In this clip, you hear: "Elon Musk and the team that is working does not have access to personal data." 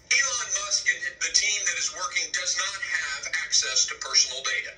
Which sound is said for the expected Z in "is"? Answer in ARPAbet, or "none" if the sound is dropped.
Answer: Z